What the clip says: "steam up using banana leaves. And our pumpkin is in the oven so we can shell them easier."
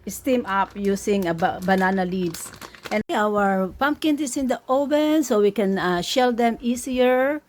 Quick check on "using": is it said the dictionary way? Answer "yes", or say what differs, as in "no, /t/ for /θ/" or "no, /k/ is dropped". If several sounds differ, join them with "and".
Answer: no, /s/ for /z/